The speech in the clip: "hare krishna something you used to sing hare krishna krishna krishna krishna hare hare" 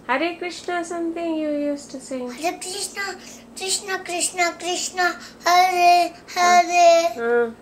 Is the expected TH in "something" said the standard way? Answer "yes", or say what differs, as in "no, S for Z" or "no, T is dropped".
no, T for TH